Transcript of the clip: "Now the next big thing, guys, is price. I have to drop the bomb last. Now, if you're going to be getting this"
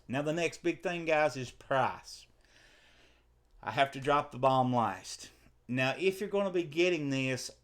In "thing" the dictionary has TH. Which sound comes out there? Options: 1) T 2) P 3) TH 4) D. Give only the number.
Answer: 3